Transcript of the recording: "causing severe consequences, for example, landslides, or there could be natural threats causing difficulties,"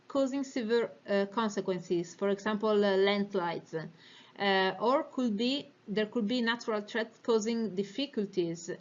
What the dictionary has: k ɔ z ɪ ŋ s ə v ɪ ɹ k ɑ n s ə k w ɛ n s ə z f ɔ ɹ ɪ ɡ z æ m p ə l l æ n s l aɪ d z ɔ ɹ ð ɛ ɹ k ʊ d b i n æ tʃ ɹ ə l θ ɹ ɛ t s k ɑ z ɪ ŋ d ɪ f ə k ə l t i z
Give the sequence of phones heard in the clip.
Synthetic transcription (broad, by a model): k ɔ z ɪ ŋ s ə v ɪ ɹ k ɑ n s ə k w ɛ n s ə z f ɔ ɹ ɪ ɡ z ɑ m p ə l l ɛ n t l aɪ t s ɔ ɹ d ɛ ɹ k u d b i n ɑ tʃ ɹ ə l t ɹ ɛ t k ɑ z ɪ ŋ d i f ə k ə l t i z